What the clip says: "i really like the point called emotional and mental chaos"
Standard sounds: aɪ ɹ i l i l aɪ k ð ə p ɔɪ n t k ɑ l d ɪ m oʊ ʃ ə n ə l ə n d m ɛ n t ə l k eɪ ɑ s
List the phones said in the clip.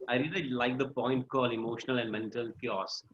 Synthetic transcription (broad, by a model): aɪ ɹ i l i l aɪ k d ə p ɔɪ n t k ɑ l ɪ m oʊ ʃ ə n ə l ə n d m ɛ n t ə l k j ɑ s